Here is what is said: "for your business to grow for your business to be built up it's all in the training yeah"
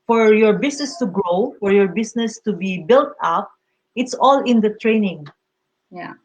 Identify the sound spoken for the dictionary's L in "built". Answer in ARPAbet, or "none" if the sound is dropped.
L